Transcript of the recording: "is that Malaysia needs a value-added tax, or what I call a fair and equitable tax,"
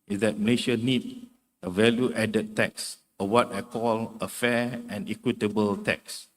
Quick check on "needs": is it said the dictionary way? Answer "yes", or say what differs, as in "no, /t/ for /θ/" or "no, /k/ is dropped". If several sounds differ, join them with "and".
no, /z/ is dropped